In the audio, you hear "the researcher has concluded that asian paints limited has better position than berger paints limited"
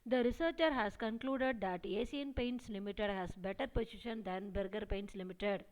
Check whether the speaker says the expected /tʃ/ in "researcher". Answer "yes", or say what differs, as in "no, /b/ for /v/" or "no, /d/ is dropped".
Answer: yes